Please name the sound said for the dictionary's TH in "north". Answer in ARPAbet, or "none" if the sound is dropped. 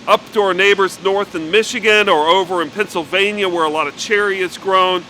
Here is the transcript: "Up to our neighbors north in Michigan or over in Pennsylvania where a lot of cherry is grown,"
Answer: TH